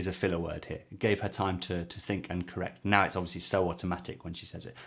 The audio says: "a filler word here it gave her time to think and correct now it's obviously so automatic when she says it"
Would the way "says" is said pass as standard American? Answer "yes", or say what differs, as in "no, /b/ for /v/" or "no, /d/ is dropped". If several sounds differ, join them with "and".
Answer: yes